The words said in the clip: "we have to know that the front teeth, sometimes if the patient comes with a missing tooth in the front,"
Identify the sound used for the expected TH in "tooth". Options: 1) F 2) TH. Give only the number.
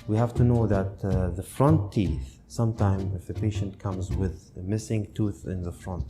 2